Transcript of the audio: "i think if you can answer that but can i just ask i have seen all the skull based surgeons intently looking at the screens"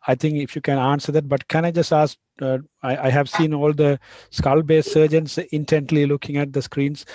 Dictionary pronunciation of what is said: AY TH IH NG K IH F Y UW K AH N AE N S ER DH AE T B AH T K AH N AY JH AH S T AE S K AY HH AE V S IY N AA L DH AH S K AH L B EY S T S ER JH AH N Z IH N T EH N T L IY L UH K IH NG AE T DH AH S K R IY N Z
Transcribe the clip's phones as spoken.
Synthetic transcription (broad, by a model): AY T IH NG K IH F Y UW K AH N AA N S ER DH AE T B AH T K AH N AY JH AH S T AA S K AY HH AE V S IY N AA L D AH S K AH L B EY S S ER JH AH N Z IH N T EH N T L IY L UH K IH NG AE T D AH S K R IY N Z